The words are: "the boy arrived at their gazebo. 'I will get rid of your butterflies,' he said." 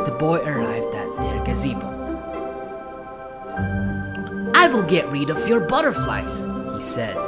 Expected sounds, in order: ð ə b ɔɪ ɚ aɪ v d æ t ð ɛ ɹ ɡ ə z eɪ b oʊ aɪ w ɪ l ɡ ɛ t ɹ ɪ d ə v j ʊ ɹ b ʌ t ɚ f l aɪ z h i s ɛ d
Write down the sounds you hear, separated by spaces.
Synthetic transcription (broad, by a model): ð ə b ɔɪ ɚ aɪ v d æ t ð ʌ ɹ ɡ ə z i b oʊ aɪ w ɪ l ɡ ɛ t ɹ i d ə v j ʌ ɹ b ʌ t ɚ f l aɪ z h i s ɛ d